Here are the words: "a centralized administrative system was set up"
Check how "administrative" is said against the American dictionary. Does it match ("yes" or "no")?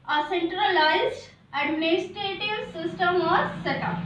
no